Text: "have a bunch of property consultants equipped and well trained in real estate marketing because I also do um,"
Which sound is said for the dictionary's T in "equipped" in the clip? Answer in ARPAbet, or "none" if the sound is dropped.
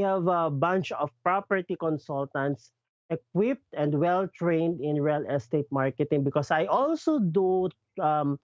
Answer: T